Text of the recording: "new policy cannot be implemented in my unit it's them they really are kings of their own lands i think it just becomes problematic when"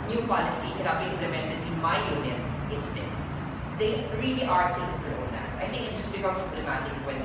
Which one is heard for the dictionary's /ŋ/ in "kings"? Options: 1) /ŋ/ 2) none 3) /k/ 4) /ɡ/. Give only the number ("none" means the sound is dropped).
2